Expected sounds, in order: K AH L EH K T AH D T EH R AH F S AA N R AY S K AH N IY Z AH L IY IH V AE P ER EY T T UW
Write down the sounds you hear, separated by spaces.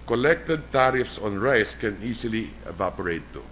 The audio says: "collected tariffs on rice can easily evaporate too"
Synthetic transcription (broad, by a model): K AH L EH K T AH D T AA R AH F S AA N R AY S K AH N IY S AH L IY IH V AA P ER EY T T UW